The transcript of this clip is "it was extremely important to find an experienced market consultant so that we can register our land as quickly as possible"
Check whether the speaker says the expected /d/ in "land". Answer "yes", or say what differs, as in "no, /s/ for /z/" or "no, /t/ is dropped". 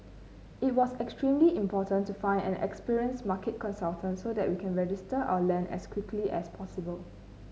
no, /d/ is dropped